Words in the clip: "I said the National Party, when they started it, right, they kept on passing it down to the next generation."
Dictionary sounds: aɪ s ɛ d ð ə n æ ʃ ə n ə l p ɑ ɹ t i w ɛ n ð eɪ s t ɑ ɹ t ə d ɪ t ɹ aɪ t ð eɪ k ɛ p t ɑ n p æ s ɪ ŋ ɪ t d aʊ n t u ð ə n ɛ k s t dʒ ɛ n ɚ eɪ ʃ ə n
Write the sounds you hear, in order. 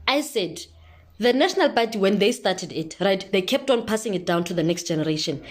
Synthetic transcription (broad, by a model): aɪ s ɛ d ð ə n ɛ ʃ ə n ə l b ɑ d i w ɛ n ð eɪ s t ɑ t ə d ɪ t ɹ aɪ t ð eɪ k ɛ p t ɑ n p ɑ s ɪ ŋ ɪ t d aʊ n t u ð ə n ɛ k s t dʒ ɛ n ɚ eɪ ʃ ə n